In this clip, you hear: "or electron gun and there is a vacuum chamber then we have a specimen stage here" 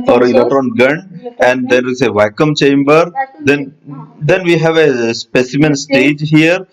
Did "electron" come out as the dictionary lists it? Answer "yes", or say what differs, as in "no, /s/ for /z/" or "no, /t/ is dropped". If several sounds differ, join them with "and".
no, /k/ is dropped and /ɹ/ is dropped